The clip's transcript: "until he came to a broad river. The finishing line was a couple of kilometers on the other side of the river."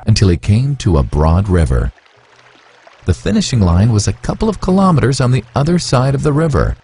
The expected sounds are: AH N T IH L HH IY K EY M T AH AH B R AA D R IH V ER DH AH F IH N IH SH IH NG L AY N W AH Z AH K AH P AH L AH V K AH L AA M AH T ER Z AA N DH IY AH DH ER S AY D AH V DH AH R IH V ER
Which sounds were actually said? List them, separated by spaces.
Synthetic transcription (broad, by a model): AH N T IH L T K EY M T AH AH B R AA D R IH V ER DH AH F IH N IH SH IH NG L AY N W AH Z AH K AH P L AH V K AH L AA M AH T ER Z N DH IY AH DH ER S AY D AH V DH AH R IH V ER